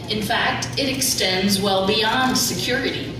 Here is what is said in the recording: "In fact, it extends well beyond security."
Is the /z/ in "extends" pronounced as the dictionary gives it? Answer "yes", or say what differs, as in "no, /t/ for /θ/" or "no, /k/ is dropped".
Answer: yes